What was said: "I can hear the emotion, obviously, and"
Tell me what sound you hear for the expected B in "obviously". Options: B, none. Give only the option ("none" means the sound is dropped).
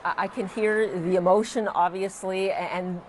B